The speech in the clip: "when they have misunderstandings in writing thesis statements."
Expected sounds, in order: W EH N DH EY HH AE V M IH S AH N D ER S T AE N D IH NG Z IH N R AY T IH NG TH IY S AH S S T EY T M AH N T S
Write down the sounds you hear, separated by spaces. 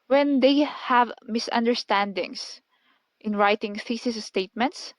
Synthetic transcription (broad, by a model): W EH N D EY HH AE V M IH S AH N D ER S T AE N D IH NG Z IH N R AY T IH NG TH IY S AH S S T EY T M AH N T S